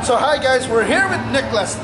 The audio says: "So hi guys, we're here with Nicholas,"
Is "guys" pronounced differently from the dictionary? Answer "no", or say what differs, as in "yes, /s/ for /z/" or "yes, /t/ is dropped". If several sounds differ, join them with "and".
no